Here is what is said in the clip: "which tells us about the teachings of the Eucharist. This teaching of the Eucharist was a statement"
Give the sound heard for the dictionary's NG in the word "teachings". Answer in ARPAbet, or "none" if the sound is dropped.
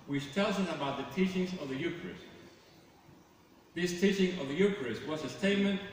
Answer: NG